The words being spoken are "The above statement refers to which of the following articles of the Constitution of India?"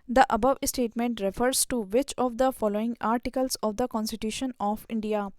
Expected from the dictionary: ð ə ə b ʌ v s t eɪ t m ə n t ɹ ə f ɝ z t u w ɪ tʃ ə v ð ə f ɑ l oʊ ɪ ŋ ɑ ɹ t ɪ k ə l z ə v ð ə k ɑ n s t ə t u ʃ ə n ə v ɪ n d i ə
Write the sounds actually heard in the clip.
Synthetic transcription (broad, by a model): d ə ə b ʌ v s t eɪ t m ə n t ɹ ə f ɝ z t u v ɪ tʃ ə v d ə f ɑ l oʊ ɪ ŋ ɑ ɹ t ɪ k ə l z ə v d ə k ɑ n s t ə t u ʃ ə n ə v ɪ n d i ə